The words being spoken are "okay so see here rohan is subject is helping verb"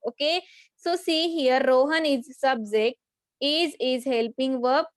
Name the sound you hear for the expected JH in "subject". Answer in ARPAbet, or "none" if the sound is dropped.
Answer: Z